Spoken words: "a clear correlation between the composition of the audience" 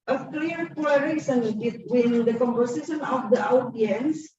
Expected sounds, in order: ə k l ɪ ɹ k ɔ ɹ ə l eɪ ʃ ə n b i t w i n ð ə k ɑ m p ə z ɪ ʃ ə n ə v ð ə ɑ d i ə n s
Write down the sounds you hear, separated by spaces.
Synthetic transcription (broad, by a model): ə k l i ɹ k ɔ l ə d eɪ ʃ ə n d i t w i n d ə k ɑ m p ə s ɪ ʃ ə n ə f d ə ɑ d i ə n s